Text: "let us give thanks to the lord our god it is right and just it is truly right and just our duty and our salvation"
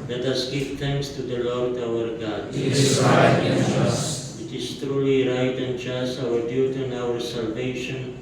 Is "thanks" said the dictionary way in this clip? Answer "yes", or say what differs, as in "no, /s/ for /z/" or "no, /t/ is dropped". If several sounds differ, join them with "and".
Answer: no, /t/ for /θ/